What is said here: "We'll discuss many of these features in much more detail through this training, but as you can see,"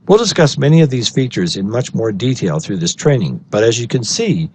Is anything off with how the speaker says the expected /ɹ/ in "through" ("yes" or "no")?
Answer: no